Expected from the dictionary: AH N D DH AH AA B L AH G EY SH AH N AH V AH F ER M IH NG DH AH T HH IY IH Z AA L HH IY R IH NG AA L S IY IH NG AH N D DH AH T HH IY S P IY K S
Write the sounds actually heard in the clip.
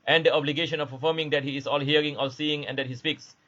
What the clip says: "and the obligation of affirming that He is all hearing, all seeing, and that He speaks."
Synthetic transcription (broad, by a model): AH N D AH AA B L AH G EY SH AH N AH P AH F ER M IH NG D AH T HH IY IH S AA L HH IY R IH NG AA L S IY IH NG AH N D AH T HH IY S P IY K S